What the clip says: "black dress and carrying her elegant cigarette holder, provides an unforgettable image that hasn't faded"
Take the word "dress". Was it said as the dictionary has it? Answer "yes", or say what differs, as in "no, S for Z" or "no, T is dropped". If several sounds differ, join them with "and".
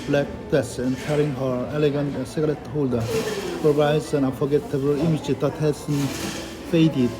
no, R is dropped